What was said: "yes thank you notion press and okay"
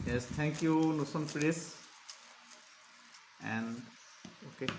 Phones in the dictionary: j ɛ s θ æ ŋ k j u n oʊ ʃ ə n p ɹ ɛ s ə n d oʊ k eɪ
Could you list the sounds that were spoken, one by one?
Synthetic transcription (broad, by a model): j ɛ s t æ ŋ k j u n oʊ s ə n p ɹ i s ə n d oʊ k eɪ